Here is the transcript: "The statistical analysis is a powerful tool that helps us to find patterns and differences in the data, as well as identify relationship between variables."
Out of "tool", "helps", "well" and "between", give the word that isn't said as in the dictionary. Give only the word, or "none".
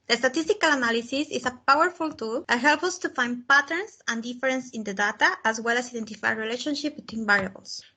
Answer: helps